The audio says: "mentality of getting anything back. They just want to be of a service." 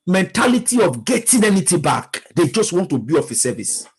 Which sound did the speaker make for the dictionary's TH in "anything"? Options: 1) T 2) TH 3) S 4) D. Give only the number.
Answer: 1